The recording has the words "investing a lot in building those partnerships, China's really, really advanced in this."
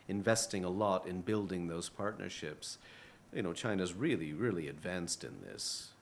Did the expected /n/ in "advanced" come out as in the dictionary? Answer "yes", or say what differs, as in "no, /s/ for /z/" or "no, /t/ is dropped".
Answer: yes